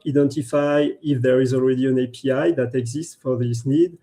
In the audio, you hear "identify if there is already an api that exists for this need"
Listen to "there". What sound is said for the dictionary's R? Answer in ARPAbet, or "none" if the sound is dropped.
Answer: R